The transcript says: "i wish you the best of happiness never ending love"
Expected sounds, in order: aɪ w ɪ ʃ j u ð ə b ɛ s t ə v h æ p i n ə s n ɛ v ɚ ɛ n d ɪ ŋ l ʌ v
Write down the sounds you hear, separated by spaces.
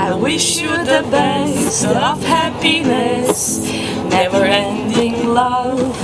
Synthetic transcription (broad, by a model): aɪ w ɪ ʃ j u ð ə b ɛ s t ə v h æ p i n ə s n ɛ v ɚ ɛ n d ɪ ŋ l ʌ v